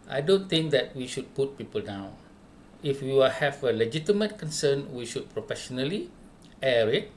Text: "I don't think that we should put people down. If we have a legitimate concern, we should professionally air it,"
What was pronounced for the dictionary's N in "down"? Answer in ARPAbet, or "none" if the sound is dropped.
none